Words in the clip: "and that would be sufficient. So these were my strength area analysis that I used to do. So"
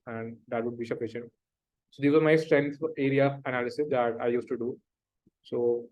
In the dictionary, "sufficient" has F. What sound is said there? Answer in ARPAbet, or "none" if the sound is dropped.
P